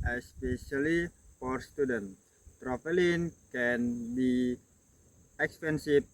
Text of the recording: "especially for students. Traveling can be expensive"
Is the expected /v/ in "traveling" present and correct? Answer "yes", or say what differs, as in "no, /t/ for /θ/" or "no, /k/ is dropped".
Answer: no, /f/ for /v/